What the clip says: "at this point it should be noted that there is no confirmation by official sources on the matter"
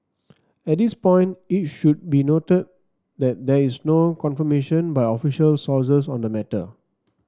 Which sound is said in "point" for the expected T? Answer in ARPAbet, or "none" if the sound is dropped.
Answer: T